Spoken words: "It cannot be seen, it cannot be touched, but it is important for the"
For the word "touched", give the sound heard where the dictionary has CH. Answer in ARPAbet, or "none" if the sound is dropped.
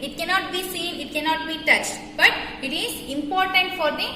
CH